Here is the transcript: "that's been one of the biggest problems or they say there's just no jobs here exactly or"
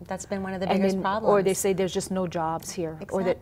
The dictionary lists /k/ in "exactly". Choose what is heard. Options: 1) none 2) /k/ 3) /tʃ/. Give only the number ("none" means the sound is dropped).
1